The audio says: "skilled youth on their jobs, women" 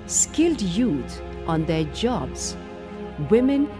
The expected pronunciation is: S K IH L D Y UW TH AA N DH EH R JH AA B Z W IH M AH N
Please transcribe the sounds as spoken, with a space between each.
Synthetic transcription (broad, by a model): S K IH L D Y UW T AA N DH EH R JH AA B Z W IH M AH N